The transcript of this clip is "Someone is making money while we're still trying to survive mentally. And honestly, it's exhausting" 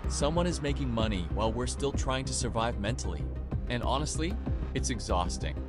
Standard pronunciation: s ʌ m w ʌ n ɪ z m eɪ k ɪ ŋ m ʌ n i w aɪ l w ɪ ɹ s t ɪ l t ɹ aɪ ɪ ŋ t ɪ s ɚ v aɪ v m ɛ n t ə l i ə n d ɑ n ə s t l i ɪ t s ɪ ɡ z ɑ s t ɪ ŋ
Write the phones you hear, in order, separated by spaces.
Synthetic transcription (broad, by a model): s ʌ m w ʌ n ɪ z m eɪ k ɪ ŋ m ʌ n i w aɪ l w ɪ ɹ s t ɪ l t ɹ aɪ ɪ ŋ t ɪ s ɚ v aɪ v m ɛ n t l i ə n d ɑ n ə s t l i ɪ t s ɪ ɡ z ɑ s t ɪ ŋ